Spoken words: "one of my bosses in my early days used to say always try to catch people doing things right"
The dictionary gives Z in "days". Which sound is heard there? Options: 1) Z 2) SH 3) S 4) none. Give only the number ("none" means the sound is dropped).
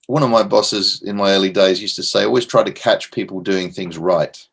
1